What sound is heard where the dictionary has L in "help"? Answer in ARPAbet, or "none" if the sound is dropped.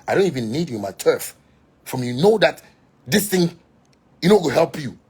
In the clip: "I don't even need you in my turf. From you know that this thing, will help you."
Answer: L